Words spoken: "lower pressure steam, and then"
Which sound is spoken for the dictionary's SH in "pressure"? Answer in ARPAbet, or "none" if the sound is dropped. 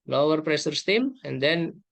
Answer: S